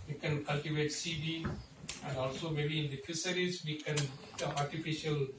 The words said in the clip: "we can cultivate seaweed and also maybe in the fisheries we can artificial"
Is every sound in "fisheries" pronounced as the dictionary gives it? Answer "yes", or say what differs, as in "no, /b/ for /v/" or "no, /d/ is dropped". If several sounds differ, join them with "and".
no, /s/ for /ʃ/